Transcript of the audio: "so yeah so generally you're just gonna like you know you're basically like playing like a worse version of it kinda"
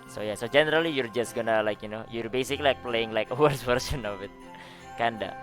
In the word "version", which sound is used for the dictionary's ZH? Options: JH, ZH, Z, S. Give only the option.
S